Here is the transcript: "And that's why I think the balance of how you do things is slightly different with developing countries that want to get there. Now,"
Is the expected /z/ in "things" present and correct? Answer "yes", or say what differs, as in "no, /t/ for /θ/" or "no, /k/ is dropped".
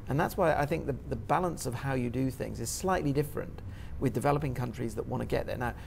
yes